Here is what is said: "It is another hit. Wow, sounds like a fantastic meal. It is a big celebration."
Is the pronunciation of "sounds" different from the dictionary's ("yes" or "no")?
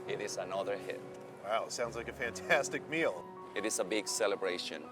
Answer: no